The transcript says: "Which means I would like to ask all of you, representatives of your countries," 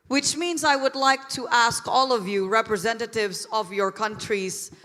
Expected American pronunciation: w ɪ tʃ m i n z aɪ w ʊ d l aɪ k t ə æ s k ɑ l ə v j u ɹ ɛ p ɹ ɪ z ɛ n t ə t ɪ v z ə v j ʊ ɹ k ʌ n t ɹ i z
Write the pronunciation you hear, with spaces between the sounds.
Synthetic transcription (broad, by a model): w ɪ tʃ m i n z aɪ w ʊ d l aɪ k t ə æ s k ɑ l ə v j u ɹ ɛ p ɹ ɪ z ɛ n t ə t ɪ v z ə v j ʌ ɹ k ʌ n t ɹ i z